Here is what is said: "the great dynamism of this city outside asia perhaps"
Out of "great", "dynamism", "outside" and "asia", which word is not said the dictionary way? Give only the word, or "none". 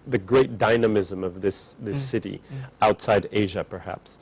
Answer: none